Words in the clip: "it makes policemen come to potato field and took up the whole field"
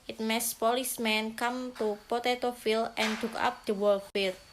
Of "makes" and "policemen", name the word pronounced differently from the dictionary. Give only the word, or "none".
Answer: makes